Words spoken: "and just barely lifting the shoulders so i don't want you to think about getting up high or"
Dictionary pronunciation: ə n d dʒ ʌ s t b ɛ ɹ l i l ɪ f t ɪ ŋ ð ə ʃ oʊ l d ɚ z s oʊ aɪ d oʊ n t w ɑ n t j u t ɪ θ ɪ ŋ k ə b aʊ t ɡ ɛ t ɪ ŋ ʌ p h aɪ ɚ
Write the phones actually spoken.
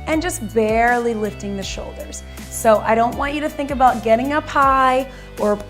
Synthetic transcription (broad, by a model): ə n dʒ ʌ s t b ɛ ɹ l i l ɪ f t ɪ ŋ ð ə ʃ oʊ l d ɚ z s oʊ aɪ d oʊ n t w ɑ n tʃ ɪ t ɪ θ ɪ ŋ k ə b aʊ t ɡ ɛ t ɪ ŋ ʌ p aɪ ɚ